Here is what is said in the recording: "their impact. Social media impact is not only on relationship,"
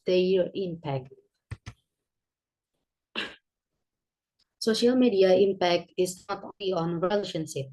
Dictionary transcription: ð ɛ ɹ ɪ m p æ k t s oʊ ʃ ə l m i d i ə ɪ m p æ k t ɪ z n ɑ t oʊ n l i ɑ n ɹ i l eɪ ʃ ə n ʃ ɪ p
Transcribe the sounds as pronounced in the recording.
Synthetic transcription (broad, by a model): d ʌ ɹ ɪ m p æ k t s oʊ ʃ ə l m i d i ə ɪ m p æ k t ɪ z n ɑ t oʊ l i ɑ n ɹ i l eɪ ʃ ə n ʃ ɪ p